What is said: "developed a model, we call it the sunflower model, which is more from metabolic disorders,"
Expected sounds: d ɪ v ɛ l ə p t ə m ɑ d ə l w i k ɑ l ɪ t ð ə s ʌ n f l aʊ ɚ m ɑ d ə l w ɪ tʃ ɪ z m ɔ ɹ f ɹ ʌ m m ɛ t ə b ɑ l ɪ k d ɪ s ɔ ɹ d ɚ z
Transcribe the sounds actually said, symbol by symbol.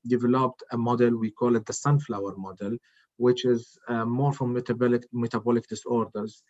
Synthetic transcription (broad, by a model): d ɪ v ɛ l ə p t ə m ɑ d ə l w i k ɑ l ɪ t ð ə s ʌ n f l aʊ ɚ m ɑ d ə l w ɪ tʃ ɪ z m ɔ ɹ f l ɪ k m ɛ t ə b ɑ l ɪ k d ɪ s ɔ ɹ d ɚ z